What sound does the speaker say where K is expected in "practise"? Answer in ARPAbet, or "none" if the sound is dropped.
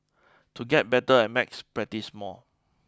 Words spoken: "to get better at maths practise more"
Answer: none